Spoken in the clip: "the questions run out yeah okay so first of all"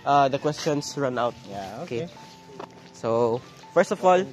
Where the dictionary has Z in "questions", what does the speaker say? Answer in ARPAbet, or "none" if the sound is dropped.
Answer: S